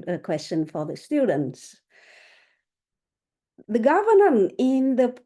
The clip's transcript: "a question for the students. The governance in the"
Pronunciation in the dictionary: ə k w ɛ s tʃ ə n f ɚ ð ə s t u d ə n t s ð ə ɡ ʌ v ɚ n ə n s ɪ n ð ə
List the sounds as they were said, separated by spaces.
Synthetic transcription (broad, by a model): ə k w ɛ s tʃ ə n f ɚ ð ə s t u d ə n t s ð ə ɡ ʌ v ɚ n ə n ɪ n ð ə